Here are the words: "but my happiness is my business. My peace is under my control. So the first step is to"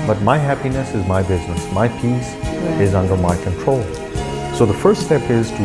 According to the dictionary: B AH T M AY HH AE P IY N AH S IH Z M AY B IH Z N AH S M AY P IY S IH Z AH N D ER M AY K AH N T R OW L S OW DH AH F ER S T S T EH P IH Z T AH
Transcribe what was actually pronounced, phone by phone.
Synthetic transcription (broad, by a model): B AH T M AY HH AE P IY N AH S IH Z M AY B IH Z N AH S M AY P IY S IH Z AH N D ER M AY K AH N T R OW L S OW DH AH F ER S T S T EH P IH Z T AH